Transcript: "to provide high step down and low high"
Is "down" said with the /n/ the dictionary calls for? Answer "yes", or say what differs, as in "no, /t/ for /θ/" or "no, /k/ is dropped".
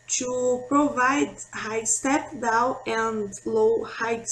no, /n/ is dropped